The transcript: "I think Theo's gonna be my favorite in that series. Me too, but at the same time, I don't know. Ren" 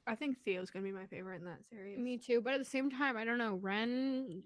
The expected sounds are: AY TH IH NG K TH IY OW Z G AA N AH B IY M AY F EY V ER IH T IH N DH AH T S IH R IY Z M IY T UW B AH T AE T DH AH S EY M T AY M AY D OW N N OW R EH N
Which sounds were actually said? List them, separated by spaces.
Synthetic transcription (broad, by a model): AY TH IH NG K TH IY OW Z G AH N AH B IY M AY F EY V ER IH T IH N DH AH T S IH R IY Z M IY T UW B AH T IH T DH AH S EY M T AY M AY D OW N N OW R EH N